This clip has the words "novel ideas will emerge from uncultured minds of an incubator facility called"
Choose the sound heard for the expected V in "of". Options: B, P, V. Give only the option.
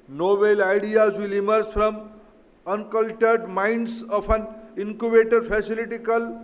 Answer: P